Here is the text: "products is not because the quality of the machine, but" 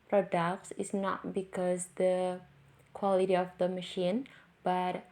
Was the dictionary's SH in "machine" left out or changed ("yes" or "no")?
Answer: no